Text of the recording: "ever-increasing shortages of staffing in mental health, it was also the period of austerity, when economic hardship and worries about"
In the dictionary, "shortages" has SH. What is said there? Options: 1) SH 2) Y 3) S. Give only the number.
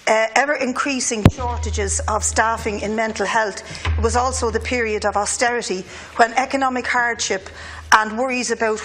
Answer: 1